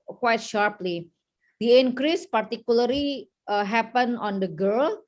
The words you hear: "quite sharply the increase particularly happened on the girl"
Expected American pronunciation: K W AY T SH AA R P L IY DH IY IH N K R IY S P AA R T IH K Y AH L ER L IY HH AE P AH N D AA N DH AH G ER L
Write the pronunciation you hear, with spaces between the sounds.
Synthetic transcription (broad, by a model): K W AY T SH AA R P L IY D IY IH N K R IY S P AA R T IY K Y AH L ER L IY HH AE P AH N AA N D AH G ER L